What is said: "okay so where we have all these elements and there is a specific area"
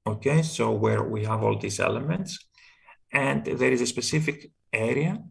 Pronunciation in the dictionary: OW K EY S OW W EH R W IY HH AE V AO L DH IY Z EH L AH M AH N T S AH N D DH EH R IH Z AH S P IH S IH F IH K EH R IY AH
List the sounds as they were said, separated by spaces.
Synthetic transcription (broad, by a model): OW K EY S OW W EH R W IY HH AE V AO L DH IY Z EH L AH M AH N T S AH N D DH EH R IH Z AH S P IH S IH F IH K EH R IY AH